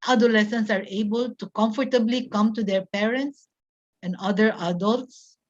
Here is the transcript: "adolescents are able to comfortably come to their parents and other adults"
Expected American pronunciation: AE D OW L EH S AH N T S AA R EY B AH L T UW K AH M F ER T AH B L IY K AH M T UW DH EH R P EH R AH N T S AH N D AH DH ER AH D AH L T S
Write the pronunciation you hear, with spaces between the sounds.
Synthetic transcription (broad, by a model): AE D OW L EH S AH N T S AA R EY B AH L T UW K AH M F ER T AH B L IY K AH M T UW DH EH R P EH R AH N T S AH N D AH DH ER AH D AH L T S